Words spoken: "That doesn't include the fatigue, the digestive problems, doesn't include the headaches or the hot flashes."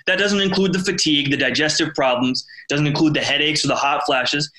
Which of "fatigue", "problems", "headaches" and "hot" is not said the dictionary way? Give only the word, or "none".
none